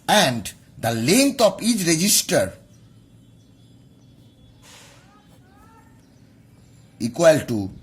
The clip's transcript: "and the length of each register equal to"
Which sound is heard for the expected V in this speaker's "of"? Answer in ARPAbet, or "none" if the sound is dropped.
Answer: P